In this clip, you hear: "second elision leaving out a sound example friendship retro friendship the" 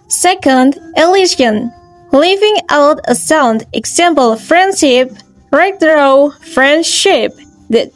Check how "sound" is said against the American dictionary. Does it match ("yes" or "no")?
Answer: yes